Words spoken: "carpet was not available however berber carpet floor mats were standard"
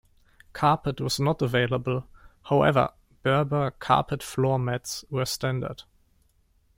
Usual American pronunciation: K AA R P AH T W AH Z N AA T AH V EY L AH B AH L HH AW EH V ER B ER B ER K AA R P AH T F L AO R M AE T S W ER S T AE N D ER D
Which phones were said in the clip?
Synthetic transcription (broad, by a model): K AA R P AH T W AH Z N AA T AH V EY L AH B AH L HH AW EH V ER B ER B ER K AA R P AH T F L AO R M AE T S W ER S T AE N D ER D